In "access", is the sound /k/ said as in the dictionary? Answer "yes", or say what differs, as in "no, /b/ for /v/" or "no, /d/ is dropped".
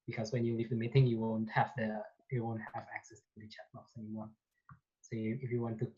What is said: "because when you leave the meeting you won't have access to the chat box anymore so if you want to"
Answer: yes